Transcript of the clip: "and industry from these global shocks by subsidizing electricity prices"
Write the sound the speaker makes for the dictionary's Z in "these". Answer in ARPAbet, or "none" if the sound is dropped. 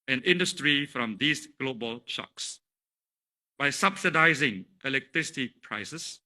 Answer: S